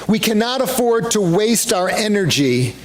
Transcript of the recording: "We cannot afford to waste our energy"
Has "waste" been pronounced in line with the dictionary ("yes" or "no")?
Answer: yes